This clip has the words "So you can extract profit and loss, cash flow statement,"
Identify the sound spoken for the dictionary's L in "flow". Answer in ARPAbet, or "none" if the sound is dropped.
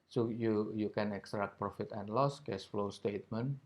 L